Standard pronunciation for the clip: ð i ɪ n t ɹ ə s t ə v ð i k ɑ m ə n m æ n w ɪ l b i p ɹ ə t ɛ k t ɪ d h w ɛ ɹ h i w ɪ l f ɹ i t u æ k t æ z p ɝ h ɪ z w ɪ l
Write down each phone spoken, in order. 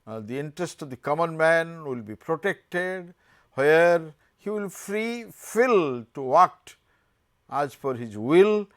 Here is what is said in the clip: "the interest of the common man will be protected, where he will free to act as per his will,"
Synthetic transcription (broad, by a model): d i ɪ n t ɹ ə s t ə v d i k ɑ m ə n m æ n w ɪ l b i p ɹ ə t ɛ k t ɪ d h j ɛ ɹ h i w ɪ l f ɹ i t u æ k t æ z f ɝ h ɪ z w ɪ l